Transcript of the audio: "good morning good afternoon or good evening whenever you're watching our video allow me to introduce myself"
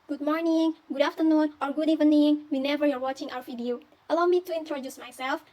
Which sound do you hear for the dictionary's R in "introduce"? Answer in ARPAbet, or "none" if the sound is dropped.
R